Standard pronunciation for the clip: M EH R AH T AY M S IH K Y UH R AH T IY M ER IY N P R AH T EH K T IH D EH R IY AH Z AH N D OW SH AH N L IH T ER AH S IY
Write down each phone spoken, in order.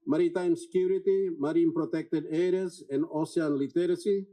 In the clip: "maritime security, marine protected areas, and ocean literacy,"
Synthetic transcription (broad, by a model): M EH R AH T AY M S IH K Y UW R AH T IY M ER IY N P R AH T EH K T IH D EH R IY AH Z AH N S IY AH N L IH T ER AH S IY